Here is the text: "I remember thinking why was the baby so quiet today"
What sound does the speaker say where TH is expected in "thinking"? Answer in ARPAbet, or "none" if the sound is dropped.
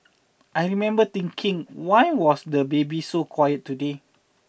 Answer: T